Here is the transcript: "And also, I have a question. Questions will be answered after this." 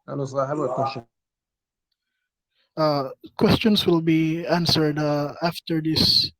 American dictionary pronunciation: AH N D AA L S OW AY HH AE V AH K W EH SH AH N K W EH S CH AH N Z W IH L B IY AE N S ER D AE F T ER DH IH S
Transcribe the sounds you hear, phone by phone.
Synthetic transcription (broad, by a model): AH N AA S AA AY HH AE B AH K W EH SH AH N K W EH S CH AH N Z W IH L B IY AE N S ER D AE F T ER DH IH S